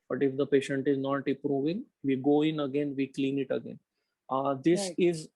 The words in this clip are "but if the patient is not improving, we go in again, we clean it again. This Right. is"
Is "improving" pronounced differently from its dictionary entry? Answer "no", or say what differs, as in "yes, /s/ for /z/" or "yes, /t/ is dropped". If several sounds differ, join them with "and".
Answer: yes, /m/ is dropped